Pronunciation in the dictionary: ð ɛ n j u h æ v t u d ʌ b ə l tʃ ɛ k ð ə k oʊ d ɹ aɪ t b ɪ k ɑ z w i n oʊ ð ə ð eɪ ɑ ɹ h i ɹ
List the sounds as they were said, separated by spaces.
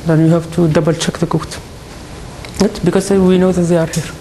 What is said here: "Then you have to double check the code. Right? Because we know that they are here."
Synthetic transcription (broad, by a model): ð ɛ n j u h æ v t u d ʌ b ə l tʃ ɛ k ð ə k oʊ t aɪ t b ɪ k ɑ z w i n oʊ ð ə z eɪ ɑ ɹ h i ɹ